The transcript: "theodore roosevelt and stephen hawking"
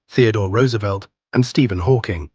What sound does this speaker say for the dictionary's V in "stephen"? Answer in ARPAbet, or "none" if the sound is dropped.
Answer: V